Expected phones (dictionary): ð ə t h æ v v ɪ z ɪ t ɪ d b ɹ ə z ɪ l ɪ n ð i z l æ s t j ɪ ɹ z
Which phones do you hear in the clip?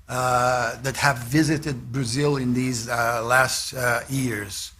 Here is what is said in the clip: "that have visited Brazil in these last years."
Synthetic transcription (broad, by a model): ð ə t h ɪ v v ɪ z ɪ t ɪ d b ɹ ə z ɪ l ɪ n ð i z l æ s t j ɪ ɹ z